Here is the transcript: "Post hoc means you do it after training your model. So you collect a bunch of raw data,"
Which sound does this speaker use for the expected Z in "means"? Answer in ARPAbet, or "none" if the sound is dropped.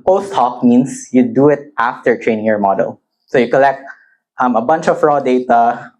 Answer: S